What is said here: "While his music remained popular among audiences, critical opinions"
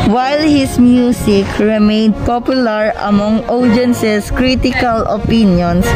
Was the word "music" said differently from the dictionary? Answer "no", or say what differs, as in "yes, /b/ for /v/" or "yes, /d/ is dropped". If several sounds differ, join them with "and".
yes, /s/ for /z/